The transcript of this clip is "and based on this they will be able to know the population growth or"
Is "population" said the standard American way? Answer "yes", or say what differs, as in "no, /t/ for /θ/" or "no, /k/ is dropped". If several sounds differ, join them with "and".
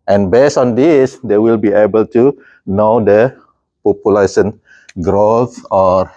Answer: no, /s/ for /ʃ/